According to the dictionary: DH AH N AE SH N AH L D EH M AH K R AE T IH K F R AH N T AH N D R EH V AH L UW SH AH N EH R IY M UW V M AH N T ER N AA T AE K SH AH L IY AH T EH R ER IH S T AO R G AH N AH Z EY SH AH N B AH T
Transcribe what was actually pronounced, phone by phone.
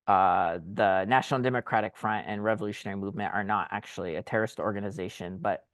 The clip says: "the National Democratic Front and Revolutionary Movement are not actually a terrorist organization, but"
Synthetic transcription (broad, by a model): DH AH N AE SH N L D EH M AH K R AE T IH K F R AH N T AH N R EH V AH L UW SH AH N EH R IY M UW V M AH N T ER N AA T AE K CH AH L IY AH T EH R ER IH S T AO R G AH N AH Z EY SH AH N B AH T